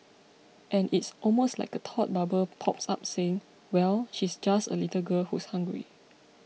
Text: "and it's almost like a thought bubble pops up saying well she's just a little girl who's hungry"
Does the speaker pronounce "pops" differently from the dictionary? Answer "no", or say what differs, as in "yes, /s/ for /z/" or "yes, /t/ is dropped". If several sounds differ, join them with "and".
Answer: no